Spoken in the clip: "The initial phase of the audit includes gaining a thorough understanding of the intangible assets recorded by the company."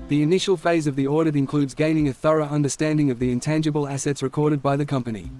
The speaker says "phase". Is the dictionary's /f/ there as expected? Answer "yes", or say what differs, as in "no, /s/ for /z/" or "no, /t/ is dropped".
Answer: yes